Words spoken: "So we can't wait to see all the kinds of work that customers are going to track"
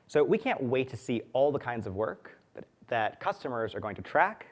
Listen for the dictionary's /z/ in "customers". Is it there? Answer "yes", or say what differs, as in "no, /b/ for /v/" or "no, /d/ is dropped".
yes